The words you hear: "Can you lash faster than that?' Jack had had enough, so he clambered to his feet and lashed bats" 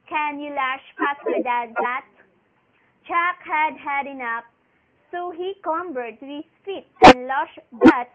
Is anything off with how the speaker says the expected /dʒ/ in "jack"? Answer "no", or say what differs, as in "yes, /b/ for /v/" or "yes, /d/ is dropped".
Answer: yes, /tʃ/ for /dʒ/